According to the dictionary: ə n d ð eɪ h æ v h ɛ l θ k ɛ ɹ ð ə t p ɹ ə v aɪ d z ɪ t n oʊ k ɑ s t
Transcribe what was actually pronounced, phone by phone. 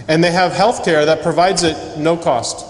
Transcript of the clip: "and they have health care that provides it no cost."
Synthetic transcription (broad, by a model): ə n ð eɪ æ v h ɛ l θ k ɛ ɹ ð ə t p ɹ ə v aɪ d z ɪ t n oʊ k ɑ s t